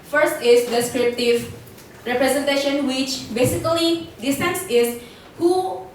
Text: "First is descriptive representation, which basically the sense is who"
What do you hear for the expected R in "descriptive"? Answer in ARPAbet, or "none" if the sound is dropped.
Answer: R